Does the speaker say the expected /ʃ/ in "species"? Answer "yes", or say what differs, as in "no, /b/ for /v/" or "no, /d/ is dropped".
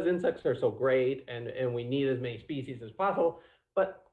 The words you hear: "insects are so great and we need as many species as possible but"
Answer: yes